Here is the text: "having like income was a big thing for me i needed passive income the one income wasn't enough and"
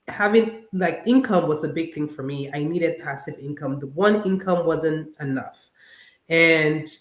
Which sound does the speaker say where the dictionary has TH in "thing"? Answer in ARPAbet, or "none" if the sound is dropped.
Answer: TH